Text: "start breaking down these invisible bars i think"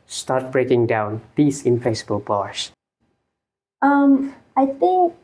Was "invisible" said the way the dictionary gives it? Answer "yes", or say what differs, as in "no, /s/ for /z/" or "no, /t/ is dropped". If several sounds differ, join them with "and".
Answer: no, /f/ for /v/ and /s/ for /z/